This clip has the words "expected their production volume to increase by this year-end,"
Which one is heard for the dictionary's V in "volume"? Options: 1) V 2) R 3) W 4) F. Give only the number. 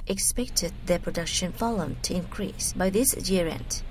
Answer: 4